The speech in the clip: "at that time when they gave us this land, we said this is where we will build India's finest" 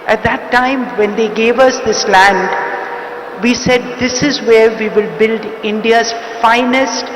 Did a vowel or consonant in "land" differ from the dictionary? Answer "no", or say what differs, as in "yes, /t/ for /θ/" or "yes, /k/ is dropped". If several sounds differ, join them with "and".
no